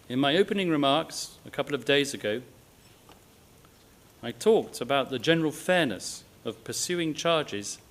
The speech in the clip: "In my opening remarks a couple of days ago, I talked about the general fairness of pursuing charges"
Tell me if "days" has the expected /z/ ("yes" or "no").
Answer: yes